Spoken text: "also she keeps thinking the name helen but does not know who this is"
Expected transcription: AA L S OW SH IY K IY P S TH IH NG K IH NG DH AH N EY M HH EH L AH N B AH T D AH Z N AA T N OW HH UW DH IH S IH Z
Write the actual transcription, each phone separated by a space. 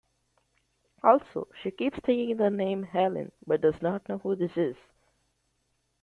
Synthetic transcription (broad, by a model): AA L S OW SH IY K IY P S T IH K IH NG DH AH N EY M HH EH L AH N B AH T D AH Z N AA T N OW HH UW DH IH S IH Z